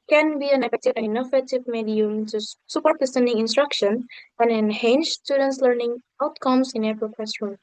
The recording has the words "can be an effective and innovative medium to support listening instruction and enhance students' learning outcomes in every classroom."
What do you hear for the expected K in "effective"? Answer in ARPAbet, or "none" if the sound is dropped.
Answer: none